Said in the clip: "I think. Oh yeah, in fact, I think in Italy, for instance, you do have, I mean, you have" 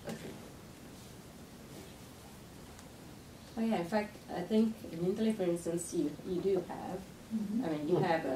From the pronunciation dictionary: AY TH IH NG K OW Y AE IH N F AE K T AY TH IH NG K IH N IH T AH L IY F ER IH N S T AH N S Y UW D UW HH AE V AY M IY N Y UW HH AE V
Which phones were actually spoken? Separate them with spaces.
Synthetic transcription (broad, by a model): OW Y AE IH N F AE K T AY TH IH NG K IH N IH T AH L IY F ER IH N S T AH N S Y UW D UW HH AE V AY M IY N Y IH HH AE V